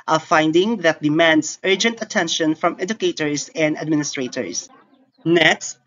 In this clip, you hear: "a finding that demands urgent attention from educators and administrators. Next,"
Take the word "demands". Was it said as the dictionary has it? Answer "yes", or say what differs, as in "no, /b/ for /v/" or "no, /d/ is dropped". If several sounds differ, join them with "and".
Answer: no, /s/ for /z/